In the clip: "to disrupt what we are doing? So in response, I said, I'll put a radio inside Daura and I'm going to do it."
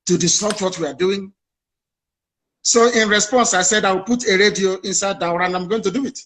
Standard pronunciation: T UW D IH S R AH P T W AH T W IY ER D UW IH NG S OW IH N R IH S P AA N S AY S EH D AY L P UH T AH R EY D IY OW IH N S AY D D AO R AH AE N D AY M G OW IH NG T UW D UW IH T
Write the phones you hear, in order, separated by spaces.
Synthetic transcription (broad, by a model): T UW D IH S AO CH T W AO T W IY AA D UW IH NG S OW IH N R IH S P AA N S AY S EH D AY W P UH T AH R EY D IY OW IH N S AY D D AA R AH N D AY M G OW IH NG T UW D UW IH T